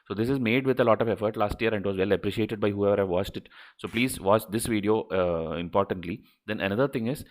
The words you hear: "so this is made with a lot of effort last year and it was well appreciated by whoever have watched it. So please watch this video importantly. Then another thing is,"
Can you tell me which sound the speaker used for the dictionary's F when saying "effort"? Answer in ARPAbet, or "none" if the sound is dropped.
F